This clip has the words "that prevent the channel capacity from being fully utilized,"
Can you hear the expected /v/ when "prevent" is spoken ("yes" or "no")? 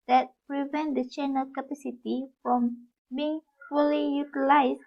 yes